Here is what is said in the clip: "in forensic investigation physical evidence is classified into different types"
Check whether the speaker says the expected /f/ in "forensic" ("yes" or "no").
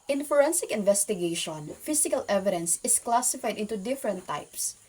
yes